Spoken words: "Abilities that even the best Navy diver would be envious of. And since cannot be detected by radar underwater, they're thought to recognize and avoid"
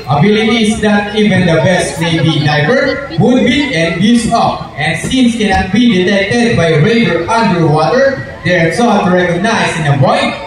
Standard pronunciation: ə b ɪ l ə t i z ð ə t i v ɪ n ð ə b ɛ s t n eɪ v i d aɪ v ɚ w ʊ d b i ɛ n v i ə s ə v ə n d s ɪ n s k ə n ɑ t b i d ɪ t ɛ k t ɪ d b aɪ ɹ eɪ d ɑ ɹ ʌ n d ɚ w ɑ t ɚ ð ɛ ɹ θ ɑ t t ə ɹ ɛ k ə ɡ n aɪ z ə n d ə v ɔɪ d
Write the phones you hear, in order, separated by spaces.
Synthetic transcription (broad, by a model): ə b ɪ l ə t i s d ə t i v ɪ n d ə b ɛ s t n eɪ b i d aɪ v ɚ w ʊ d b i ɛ n b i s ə p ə n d s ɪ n s k ə n ɑ t b i d ɪ t ɛ k t ɪ d b aɪ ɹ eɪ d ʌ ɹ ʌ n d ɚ w ɑ t ɚ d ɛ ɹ s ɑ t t ɹ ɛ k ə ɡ n aɪ s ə n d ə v ɔɪ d